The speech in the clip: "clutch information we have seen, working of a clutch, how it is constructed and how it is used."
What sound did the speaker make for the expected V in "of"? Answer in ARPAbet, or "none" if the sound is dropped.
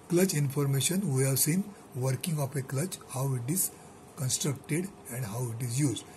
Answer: P